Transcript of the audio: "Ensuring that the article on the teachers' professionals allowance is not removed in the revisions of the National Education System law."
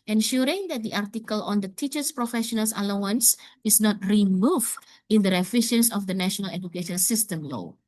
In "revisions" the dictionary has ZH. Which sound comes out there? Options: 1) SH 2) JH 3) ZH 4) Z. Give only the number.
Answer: 1